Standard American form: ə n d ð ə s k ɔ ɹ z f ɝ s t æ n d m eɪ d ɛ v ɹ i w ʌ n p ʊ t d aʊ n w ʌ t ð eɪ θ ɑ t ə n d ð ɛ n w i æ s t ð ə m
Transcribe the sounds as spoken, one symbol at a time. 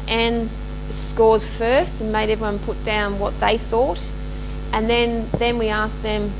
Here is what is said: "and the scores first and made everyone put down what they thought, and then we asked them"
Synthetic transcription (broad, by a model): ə n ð s k ɔ ɹ z f ɝ s t n m eɪ d ɛ v ɹ i w ʌ n p ʊ t d aʊ n w ʌ t ð eɪ θ ɑ t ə n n ð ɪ n w i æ s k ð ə m